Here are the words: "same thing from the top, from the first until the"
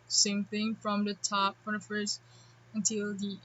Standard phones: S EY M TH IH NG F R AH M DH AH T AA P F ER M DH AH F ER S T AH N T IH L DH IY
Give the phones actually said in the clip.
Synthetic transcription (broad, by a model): S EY M TH IH NG F R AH M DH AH T AA P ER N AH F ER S AH N T IH L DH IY